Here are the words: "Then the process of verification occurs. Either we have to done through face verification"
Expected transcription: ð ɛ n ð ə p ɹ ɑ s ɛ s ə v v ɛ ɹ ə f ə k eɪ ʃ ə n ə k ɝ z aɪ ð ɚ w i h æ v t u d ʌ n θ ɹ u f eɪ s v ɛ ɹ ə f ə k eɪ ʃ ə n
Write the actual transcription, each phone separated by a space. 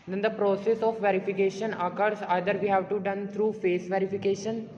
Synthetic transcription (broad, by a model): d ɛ n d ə p ɹ ɑ s ɛ s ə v v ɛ ɹ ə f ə k eɪ ʃ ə n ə k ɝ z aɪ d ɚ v i h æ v t u d ʌ n t ɹ u f eɪ s v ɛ ɹ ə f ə k eɪ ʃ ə n